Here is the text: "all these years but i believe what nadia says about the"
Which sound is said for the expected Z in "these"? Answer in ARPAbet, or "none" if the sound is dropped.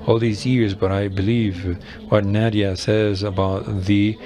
Z